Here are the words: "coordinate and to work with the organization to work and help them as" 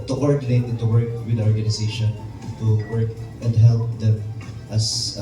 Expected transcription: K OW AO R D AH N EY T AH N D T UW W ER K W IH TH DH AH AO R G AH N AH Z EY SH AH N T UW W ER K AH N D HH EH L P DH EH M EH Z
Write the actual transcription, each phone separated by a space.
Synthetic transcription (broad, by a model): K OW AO R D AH N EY T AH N T UW W ER K W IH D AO R G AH N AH S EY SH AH N T UW W ER K AH N D HH EH L P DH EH M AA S